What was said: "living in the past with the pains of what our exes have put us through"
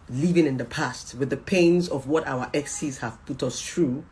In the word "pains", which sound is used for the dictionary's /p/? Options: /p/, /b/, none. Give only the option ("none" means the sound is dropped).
/p/